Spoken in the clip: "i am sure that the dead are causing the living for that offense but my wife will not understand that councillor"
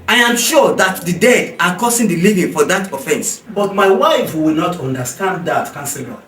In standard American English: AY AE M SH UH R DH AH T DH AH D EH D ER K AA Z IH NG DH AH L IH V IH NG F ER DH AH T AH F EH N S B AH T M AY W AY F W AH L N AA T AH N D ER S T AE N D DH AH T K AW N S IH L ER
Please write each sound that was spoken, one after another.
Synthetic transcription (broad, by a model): AY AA M SH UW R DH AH T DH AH D EH D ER K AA S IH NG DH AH L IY V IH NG F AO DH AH T AH F EH N S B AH T M AY W AY F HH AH W N AA T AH N D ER S T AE N D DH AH T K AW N S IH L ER